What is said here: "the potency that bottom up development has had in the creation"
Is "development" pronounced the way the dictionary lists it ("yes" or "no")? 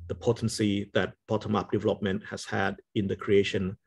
yes